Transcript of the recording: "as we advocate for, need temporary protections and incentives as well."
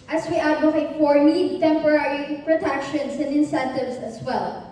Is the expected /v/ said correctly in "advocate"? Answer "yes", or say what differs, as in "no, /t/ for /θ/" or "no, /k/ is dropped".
no, /v/ is dropped